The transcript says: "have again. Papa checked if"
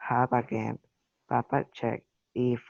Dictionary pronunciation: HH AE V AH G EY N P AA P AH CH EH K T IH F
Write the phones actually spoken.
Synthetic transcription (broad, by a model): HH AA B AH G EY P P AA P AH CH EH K IH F